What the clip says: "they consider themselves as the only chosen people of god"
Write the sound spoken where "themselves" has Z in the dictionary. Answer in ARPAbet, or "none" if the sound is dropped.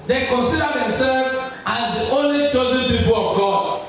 none